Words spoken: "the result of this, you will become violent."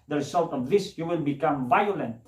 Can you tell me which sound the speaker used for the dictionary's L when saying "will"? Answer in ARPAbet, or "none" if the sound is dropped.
N